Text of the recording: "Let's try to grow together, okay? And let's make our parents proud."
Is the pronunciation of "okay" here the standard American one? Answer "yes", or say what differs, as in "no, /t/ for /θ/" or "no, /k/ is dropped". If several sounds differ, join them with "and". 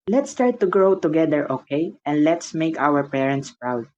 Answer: yes